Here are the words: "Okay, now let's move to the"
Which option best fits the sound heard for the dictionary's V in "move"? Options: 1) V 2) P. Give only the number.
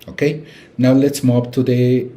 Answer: 2